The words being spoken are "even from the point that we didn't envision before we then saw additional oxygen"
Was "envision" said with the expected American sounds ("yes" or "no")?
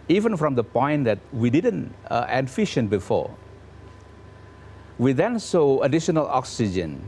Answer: no